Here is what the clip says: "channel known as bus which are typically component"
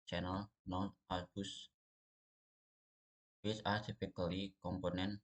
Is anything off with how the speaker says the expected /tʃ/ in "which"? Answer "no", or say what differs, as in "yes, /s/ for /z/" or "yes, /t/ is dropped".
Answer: yes, /s/ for /tʃ/